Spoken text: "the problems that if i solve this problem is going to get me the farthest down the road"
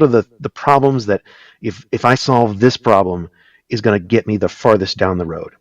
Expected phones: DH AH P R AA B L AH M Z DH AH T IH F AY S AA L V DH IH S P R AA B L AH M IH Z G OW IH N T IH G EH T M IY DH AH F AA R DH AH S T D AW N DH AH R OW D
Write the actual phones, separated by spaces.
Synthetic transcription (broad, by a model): DH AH P R AA B L AH M Z DH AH T IH F AY S AA L V DH IH S P R AA B L AH M IH Z G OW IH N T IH G EH T M IY DH AH F AA R DH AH S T D AW N DH AH R OW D